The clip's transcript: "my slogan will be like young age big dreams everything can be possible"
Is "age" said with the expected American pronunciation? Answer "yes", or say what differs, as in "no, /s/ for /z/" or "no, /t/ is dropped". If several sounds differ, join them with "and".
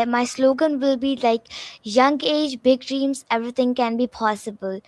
yes